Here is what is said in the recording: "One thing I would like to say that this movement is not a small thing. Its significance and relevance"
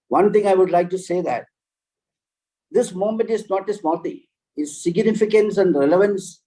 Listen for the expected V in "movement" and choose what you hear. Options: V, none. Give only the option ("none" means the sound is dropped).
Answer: none